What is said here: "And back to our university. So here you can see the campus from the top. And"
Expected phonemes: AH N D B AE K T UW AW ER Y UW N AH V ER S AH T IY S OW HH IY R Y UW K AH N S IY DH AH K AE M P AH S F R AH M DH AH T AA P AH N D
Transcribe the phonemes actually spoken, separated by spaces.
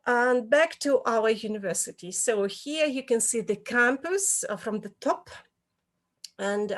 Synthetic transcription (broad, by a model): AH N B AE K T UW AW ER Y UW N AH V ER S AH T IY S OW HH IY R Y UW K AH N S IY DH AH K AE M P AH S F R AH M DH AH T AA P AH N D